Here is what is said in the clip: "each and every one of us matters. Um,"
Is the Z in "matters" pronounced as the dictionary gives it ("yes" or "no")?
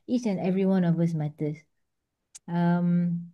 no